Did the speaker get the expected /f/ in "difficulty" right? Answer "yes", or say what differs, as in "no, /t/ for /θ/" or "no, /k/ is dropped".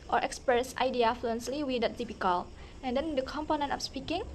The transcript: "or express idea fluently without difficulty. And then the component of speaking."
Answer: no, /p/ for /f/